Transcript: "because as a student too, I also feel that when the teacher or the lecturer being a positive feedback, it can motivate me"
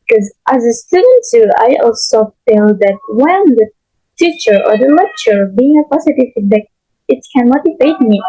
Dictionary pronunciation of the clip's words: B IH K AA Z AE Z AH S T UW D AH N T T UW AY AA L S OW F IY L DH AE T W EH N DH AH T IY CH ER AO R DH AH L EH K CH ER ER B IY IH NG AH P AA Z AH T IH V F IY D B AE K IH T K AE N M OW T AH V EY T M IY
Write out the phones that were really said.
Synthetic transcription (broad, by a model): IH K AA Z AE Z AH S T UW D AH N T S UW AY AA L S OW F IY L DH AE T W EH N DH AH T IY CH ER AO R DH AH L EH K CH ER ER B IY IH NG AH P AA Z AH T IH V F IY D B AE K IH T K AE N M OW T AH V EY T M IY